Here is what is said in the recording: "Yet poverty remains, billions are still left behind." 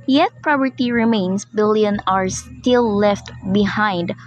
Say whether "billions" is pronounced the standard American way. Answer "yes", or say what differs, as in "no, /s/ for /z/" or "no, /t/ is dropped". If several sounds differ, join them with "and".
no, /z/ is dropped